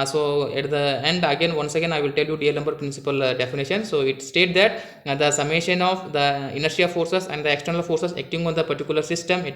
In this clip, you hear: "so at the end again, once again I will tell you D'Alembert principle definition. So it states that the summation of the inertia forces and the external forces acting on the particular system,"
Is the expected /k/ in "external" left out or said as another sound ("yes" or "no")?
no